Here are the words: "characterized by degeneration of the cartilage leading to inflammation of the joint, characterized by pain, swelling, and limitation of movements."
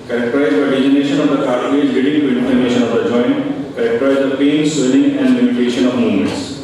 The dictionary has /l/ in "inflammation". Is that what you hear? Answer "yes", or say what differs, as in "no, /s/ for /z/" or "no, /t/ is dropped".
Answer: no, /l/ is dropped